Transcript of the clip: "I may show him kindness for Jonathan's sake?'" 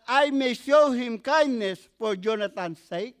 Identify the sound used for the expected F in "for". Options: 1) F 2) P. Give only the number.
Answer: 2